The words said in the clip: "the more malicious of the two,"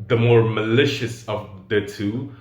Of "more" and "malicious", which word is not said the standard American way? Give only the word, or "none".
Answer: none